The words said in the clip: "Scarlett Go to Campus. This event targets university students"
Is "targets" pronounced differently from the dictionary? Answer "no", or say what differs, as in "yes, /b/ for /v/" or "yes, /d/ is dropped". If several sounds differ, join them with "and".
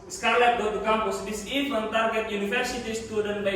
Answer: yes, /s/ is dropped